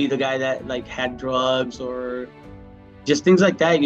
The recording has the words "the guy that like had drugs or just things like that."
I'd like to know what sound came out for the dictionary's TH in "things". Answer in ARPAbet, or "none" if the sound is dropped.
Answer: TH